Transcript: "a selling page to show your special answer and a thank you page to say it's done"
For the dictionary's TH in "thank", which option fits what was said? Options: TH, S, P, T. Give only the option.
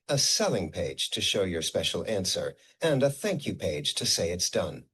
TH